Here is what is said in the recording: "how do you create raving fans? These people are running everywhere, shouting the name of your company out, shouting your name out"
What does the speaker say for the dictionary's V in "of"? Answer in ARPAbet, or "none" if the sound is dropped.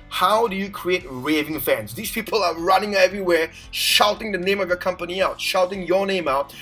V